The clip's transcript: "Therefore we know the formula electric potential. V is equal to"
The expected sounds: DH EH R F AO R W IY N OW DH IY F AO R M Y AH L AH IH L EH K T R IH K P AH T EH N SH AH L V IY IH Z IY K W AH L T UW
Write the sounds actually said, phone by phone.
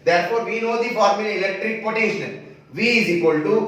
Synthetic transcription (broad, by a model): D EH R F AO R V IY N OW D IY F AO R M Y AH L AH IH L EH K T R IH K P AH T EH SH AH N V IY IH Z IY K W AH L T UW